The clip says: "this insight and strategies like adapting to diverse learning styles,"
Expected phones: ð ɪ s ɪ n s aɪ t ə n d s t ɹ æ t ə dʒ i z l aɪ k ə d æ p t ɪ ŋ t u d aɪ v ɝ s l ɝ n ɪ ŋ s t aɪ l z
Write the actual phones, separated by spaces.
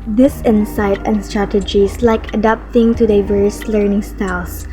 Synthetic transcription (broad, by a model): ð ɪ s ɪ n s aɪ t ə n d s t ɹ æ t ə dʒ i s l aɪ k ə d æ p t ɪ ŋ t u d aɪ v ɝ s l ɝ n ɪ ŋ s t aɪ l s